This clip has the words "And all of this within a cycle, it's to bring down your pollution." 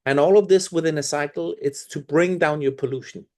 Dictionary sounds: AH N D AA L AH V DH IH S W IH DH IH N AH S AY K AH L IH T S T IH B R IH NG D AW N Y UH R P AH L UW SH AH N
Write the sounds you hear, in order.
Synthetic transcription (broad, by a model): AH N AA L AH V DH IH S W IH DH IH N AH S AY K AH L IH T S T IH B R IH NG D AW N Y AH R P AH L UW SH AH N